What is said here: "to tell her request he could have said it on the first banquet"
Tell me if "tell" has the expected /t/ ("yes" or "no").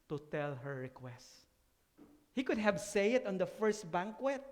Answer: yes